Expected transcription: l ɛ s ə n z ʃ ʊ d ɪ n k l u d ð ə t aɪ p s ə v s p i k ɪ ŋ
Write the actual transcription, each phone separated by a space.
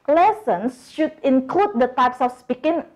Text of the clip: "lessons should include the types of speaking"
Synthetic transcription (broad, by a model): l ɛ s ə n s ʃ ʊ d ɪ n k l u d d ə t aɪ p s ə f s p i k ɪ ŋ